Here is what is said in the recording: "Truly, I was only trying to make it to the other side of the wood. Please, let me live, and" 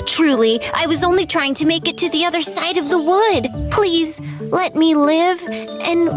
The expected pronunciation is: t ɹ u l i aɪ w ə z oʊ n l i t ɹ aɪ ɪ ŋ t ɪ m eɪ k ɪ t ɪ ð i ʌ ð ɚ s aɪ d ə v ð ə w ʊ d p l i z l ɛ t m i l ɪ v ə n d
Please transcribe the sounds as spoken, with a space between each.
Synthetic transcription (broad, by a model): t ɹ u l i aɪ w ə z oʊ n l i t ɹ aɪ ɪ ŋ t ɪ m eɪ k ɪ t ɪ ð i ʌ ð ɚ s aɪ d ə v ð ə w ʊ d p l i z l ɛ t m i l ɪ v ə n